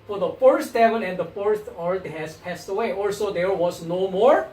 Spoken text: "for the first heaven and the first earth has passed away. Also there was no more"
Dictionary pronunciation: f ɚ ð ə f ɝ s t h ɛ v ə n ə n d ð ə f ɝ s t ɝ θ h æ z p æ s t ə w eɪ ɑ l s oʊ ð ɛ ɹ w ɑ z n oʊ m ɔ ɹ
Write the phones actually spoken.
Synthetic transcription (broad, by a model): f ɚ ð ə f ɝ s t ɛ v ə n ə n d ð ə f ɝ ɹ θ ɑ t h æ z p æ s t ə w eɪ ɑ l s oʊ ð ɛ ɹ w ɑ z n oʊ m ɔ ɹ